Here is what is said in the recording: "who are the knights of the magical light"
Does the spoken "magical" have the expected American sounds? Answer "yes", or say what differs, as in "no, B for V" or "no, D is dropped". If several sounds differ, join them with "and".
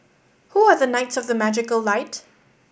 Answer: yes